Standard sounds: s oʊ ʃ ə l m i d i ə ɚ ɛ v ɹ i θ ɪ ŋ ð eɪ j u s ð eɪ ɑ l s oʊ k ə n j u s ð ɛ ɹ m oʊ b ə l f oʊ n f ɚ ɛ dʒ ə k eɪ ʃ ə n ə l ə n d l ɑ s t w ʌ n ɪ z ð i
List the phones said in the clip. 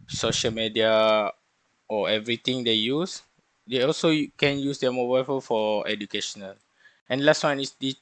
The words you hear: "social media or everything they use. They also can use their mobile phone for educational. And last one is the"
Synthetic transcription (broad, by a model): s oʊ ʃ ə l m i d i ə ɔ ɛ v ɹ i t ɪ ŋ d eɪ j u s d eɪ ɑ l s oʊ k ə n j u s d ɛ m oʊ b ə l f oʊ l f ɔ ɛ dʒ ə k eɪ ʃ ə n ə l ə n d l ɑ s t w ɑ n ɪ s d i